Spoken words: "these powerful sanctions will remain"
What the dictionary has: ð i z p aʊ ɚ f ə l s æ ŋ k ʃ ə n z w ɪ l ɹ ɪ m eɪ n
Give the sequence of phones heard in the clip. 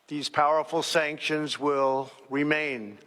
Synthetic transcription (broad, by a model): ð i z p aʊ ɚ f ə l s æ ŋ k ʃ ə n z w ɪ l ɹ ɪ m eɪ n